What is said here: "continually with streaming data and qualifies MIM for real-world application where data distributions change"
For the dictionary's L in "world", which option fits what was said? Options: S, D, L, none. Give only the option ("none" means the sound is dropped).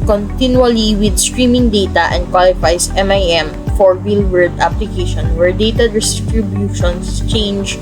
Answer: none